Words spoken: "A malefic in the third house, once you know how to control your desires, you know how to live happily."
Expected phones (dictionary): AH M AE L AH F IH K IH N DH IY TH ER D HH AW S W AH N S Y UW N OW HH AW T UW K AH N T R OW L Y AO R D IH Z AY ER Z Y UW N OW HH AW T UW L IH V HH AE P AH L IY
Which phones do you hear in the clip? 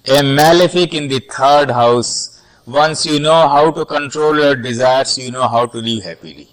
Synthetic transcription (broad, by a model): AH M AE L AH F IH K IH N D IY T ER D HH AW S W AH N S Y UW N OW HH AW T UW K AH N T R OW L Y AO R D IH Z AY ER S Y UW N OW HH AW T UW L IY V HH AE P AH L IY